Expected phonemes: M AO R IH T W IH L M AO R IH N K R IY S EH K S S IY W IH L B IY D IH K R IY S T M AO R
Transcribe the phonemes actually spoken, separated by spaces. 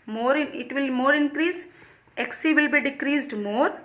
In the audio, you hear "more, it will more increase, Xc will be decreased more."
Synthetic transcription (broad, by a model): M AO R IH T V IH L M AO R IH N K R IY S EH K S S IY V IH L B IY D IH K R IY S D M AO R